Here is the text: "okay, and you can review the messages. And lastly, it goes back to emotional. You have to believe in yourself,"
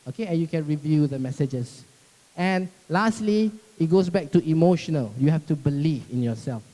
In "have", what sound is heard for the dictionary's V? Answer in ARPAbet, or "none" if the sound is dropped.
F